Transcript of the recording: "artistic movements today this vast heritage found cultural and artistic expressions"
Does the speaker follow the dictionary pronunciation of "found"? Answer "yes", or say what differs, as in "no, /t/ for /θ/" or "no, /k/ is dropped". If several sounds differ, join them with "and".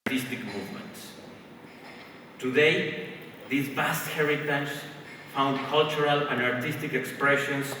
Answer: yes